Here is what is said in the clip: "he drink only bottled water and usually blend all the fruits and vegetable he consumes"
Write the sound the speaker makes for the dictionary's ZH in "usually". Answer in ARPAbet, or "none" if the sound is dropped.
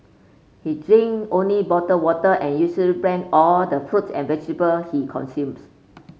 S